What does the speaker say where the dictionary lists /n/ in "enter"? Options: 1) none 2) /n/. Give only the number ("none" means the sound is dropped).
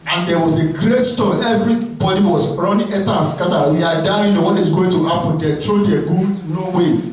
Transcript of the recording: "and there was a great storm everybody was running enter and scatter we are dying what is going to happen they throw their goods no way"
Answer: 1